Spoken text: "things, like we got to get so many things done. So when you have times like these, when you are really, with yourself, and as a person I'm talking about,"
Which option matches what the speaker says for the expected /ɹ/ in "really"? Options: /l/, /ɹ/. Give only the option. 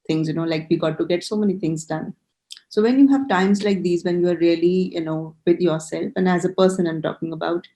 /l/